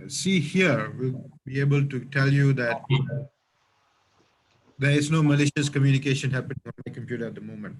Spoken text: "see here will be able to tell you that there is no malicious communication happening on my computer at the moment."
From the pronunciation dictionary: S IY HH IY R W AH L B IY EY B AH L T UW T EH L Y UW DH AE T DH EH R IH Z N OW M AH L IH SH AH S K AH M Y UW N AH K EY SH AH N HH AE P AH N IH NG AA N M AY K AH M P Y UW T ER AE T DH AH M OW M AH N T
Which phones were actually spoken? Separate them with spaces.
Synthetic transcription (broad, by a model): S IY HH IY R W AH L B IY EY B AH L T UW T EH L Y UW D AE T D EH R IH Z N OW M AH L IH SH AH S K AH M Y UW N AH K EY SH AH N HH AE P AH N IH NG AA N M AY K AH M P Y UW T ER AE T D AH M OW M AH N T